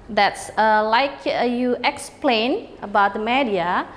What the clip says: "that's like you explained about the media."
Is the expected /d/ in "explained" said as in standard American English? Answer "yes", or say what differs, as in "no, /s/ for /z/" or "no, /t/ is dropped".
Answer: no, /d/ is dropped